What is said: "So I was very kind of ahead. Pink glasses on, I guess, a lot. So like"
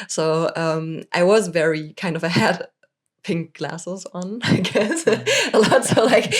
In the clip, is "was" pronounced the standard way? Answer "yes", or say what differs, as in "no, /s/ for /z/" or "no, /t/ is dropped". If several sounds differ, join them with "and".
yes